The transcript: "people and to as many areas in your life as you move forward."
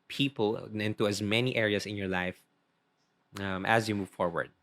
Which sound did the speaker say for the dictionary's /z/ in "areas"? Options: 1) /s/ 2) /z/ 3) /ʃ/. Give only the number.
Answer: 1